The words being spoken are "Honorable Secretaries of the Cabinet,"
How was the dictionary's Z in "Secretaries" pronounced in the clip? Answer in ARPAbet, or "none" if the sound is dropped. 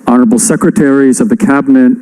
Z